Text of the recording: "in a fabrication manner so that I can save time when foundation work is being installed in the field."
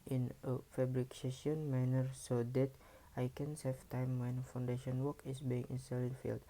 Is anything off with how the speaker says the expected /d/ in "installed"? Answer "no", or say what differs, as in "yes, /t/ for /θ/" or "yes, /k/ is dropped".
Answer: yes, /d/ is dropped